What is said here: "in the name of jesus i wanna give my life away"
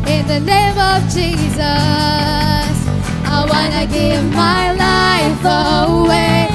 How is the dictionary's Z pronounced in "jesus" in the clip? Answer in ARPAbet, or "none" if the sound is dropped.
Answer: Z